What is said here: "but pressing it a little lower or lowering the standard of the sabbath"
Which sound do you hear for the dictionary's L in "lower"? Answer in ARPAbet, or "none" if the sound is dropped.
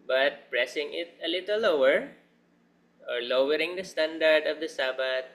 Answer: L